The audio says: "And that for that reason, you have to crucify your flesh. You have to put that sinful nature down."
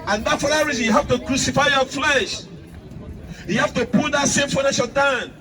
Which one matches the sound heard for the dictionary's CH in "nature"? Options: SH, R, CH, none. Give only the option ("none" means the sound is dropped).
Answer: SH